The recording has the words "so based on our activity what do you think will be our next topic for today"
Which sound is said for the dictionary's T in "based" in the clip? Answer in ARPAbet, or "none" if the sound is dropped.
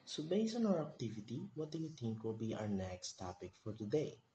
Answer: none